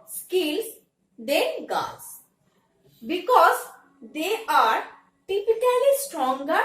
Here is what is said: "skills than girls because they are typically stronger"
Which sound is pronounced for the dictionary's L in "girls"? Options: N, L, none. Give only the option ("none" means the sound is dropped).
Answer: none